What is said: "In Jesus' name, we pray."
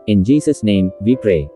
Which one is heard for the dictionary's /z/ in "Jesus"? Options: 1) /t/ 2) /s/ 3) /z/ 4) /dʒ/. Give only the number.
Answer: 2